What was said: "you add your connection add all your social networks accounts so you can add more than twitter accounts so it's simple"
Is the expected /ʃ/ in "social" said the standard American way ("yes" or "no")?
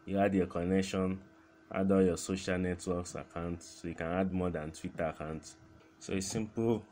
yes